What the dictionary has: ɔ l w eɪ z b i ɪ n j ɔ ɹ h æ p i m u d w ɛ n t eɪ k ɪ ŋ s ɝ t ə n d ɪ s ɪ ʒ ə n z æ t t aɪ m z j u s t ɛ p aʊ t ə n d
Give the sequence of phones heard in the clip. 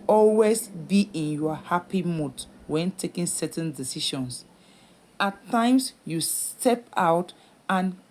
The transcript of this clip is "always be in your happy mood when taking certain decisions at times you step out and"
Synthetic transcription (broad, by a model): ɔ l w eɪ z b i ɪ n j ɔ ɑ h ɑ p i m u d w ɛ n t eɪ k ɪ ŋ s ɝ t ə n d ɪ s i ʃ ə n s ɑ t t aɪ m s j u s t ɛ p aʊ t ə n